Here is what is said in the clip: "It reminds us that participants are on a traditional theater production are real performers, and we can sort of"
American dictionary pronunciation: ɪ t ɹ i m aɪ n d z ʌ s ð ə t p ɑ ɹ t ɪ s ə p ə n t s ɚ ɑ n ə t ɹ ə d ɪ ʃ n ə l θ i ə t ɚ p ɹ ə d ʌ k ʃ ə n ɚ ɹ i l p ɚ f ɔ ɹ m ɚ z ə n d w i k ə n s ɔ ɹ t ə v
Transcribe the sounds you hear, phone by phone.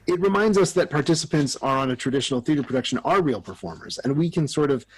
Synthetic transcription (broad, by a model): ɪ t ɹ i m aɪ n d z ʌ s ð ə t p ɑ ɹ t ɪ s ə p ə n t s ɚ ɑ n ə t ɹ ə d ɪ ʃ n l θ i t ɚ p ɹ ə d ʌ k ʃ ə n ɚ ɹ i l p ɚ f ɔ ɹ m ɚ z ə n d w i k ə n s ɔ ɹ t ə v